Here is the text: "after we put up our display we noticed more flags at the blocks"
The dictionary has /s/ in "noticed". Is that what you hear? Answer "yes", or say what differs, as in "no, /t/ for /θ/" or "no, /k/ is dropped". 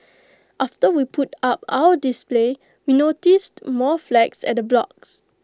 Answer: yes